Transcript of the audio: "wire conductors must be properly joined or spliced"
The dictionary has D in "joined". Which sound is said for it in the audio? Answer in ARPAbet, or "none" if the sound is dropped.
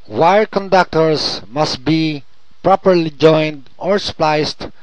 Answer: D